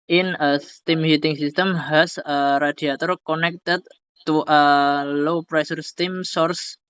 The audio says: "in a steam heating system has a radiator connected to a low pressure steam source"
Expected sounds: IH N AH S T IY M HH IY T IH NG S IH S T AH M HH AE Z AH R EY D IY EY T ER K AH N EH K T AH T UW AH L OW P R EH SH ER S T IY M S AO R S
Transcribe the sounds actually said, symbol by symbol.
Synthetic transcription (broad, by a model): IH N AH S T IY M HH IY T IH NG S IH S T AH M HH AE S AH R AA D IY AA T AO K AH N EH K T AH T UW AH L OW P R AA S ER S T IY M S AO R S